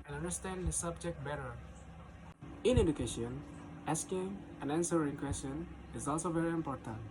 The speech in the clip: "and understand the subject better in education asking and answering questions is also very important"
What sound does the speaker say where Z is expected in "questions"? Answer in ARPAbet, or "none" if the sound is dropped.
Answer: none